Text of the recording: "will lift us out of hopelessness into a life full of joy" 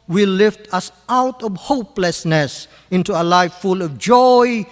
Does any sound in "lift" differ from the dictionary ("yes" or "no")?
no